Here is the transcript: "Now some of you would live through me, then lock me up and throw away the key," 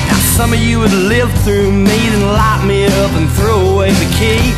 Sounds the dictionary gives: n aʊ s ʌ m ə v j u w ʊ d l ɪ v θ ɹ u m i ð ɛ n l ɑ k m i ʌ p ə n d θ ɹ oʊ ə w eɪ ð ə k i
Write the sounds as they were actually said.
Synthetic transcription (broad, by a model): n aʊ s ʌ m ə v j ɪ w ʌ d l ɪ v θ ɹ u m i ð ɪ n l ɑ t m i ʌ p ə n θ ɹ oʊ ə w eɪ ð ə k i